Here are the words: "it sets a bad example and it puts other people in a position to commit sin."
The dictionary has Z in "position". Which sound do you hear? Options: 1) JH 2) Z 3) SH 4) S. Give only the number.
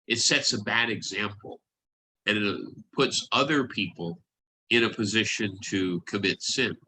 2